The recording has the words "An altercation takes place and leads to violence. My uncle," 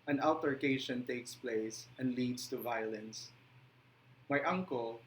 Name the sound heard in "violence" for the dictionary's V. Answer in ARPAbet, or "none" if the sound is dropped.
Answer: V